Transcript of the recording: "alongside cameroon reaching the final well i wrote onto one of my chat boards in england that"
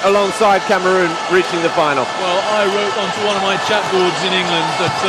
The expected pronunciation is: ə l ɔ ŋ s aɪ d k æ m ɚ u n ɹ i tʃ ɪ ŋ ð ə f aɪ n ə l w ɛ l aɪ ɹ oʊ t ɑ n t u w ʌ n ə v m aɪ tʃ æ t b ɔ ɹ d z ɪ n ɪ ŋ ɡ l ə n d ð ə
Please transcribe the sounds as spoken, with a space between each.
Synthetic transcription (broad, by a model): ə l ɔ ŋ s aɪ d k æ m ɚ u n ɹ i tʃ ɪ ŋ ð ə f aɪ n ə l w ɛ l aɪ ɹ oʊ t ɑ n t u w ʌ n ə v m aɪ tʃ æ t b ɔ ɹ d z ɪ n ɪ ŋ ɡ l ə n d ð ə